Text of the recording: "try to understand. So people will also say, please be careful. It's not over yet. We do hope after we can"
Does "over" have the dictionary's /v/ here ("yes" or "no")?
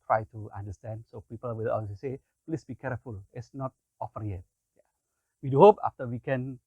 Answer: no